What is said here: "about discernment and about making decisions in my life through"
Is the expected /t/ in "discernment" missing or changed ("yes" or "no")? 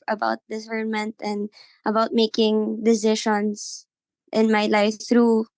no